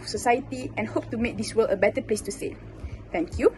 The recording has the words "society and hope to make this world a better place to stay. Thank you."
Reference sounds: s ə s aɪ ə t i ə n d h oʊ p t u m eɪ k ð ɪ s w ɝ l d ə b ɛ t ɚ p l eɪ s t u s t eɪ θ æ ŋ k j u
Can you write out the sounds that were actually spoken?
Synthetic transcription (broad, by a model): s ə s aɪ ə t i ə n h oʊ p t u m eɪ k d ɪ s w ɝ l ə b ɛ t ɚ p l eɪ s t u s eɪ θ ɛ ŋ k j u